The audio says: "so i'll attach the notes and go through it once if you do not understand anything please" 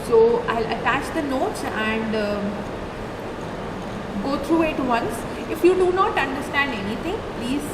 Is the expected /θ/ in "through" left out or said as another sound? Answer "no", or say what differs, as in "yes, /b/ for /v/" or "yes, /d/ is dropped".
yes, /t/ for /θ/